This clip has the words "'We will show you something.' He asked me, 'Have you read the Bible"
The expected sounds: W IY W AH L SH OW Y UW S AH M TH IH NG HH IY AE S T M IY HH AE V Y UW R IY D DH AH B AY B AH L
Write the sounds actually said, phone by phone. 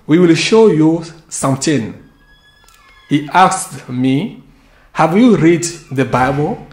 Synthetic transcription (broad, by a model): W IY W AH L SH OW Y UW S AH M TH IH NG HH IY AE S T M IY HH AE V Y UW R IY D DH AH B AY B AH L